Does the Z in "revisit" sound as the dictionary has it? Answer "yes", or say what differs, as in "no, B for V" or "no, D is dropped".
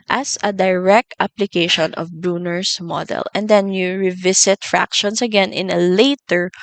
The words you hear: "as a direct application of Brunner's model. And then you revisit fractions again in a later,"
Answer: no, S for Z